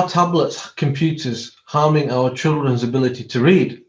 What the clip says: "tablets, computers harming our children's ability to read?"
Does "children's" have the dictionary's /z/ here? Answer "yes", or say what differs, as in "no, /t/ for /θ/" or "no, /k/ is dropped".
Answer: yes